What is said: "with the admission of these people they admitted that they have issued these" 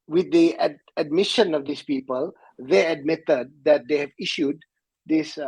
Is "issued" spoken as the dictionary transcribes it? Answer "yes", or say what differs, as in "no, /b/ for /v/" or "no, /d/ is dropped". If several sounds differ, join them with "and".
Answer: yes